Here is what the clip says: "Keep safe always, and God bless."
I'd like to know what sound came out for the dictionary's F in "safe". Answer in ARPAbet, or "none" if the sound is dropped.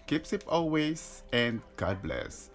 P